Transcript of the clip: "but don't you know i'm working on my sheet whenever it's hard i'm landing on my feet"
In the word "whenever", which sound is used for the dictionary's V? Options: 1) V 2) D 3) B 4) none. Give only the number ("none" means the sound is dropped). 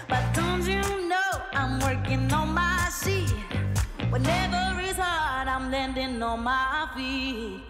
1